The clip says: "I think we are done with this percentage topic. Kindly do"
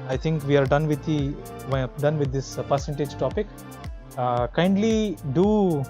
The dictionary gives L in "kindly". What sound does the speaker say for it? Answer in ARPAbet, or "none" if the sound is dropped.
L